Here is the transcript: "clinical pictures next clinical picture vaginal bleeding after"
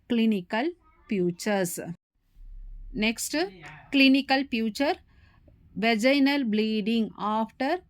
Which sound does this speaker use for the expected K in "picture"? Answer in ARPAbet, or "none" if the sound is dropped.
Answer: none